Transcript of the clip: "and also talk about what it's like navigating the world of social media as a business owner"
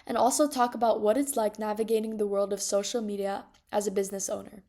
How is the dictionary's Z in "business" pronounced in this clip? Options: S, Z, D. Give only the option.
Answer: Z